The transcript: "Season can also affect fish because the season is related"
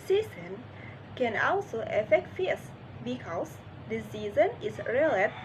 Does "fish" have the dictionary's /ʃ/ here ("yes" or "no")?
no